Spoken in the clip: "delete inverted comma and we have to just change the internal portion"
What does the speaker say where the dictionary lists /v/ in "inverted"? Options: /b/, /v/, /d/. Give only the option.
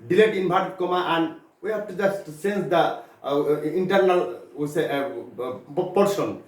/b/